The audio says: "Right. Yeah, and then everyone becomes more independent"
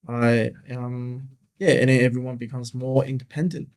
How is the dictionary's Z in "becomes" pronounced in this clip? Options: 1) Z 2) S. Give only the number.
1